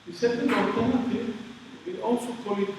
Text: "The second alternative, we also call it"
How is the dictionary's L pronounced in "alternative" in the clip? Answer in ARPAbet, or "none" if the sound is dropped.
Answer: none